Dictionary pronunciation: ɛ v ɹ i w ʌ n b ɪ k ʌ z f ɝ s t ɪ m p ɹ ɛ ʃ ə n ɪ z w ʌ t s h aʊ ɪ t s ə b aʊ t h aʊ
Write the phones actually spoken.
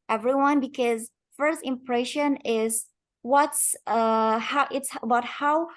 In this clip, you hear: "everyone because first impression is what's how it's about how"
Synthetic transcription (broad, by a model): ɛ v ɹ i w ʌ n b ɪ k ʌ z f ɝ s t ɪ m p ɹ ɛ ʃ ə n ɪ z w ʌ t s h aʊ ɪ t s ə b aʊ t h aʊ